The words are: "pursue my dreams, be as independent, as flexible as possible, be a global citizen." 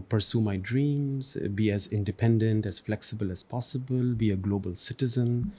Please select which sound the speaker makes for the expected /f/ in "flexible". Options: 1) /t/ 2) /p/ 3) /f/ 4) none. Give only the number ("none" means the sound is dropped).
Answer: 3